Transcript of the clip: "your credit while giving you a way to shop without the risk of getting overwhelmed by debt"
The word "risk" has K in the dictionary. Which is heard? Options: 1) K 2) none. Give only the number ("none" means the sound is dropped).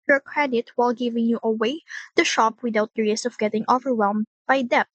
2